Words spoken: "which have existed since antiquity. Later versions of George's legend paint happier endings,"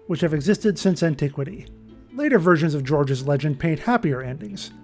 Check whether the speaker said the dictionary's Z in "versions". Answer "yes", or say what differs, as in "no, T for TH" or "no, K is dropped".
yes